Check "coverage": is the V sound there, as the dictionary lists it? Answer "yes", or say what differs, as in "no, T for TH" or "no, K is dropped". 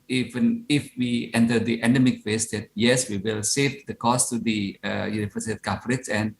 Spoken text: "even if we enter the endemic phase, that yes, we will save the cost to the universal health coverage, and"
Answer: no, F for V